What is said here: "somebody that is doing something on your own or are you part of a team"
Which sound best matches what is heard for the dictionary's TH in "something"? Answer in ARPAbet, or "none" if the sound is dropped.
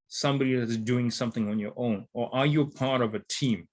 TH